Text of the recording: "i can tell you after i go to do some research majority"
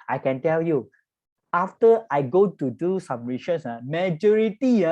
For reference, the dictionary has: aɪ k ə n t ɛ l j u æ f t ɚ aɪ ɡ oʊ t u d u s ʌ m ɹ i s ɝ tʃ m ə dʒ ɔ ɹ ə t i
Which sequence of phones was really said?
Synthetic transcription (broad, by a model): aɪ k ə n t ɛ l j u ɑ f t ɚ aɪ ɡ oʊ t u d u s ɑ m ɹ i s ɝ s m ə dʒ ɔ ɹ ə t i